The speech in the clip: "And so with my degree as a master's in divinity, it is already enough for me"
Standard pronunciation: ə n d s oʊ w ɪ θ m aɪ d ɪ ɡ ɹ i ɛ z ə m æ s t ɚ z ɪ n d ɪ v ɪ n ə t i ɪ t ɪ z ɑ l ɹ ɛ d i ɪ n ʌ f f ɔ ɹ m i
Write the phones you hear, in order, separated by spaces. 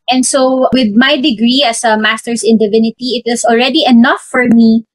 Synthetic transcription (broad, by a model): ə n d s oʊ w ɪ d m aɪ d ɪ ɡ ɹ i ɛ s ə m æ s t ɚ s ɪ n d ɪ v ɪ n ə t i ɪ t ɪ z ɑ l ɹ ɛ d i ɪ n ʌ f f ɔ ɹ m i